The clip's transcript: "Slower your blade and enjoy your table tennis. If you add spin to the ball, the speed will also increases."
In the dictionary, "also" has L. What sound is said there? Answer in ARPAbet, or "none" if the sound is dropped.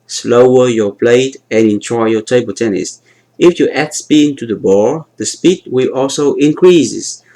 L